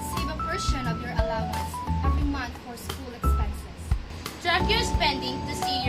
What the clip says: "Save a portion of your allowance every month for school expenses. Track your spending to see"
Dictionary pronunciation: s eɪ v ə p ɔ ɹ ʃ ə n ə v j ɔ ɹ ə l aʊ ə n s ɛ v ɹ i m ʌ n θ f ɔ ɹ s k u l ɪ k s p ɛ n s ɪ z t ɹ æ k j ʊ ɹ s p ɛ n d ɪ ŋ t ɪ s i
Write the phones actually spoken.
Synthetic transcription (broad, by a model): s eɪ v ə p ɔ ɹ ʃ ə n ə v j ɔ ɹ ə l aʊ ə n s ɛ v ɹ i m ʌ n t f ɔ ɹ s k u l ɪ k s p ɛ n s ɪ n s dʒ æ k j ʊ s p ɛ n d ɪ ŋ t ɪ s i